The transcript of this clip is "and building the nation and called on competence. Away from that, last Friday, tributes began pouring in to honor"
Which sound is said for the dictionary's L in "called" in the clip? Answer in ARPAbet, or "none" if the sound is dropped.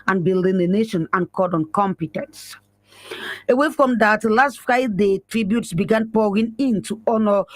none